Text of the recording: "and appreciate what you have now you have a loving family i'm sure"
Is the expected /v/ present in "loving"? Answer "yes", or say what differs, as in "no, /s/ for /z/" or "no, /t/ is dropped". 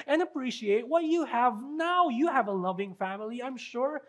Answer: yes